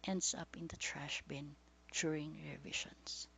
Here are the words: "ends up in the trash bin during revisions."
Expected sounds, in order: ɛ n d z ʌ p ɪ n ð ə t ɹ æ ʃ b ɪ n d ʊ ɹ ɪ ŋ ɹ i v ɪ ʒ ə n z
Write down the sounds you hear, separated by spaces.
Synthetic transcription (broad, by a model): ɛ n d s ʌ p ɪ n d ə t ɹ æ ʃ b ɪ n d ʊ ɹ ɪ ŋ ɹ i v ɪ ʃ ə n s